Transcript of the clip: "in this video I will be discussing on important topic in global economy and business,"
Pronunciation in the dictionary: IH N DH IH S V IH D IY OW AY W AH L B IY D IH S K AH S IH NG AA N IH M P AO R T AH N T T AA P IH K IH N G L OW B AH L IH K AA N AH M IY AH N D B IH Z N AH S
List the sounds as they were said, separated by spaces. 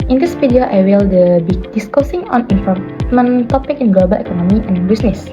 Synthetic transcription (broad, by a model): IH N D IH S F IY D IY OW AY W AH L B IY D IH S K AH S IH NG AA N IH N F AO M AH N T T AA P IH K IH N G L OW B AH L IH K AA N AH M IY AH N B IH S N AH S